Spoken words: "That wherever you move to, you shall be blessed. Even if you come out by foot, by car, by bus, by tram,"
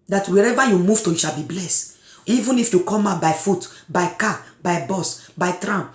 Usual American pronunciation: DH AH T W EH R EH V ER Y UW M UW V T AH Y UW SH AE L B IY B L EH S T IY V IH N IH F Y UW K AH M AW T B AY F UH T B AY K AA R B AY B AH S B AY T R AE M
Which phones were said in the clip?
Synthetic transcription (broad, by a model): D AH T W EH R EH V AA Y UW M UW V T AH Y UW SH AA L B IY B L EH S T IY V IH N IH F Y UW K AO M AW B AY F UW T B AY K AA B AY B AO S B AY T R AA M